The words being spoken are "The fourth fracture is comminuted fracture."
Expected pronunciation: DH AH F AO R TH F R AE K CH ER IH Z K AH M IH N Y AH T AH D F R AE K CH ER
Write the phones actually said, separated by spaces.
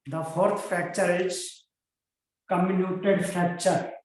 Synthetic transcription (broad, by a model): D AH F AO R T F AE K CH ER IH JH K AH M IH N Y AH T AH D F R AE K CH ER